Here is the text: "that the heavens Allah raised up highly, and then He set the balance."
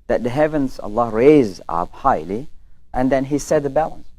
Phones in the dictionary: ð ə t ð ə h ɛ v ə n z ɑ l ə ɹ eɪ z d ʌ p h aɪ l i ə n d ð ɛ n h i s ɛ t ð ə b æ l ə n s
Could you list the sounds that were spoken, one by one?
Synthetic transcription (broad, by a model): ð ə t ð ə h ɛ v ə n z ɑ l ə ɹ eɪ z ʌ p h aɪ l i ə n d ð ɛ n h i s ɛ t ð ə b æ l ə n s